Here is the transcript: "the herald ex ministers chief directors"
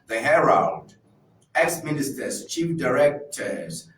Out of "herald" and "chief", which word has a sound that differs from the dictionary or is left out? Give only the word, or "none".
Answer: herald